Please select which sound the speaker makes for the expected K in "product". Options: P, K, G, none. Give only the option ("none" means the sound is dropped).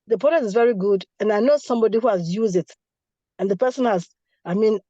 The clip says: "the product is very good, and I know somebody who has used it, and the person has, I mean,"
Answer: none